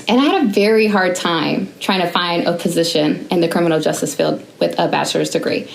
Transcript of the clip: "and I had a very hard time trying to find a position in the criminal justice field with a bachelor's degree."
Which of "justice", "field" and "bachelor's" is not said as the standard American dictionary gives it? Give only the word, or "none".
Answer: none